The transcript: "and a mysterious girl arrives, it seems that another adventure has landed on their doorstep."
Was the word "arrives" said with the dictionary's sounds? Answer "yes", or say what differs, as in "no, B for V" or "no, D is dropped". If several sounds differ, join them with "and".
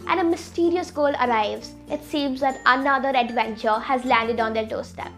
yes